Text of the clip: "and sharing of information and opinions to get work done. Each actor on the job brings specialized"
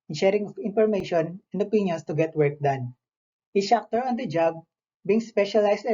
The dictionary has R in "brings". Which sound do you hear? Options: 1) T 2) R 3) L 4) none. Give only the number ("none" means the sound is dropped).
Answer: 4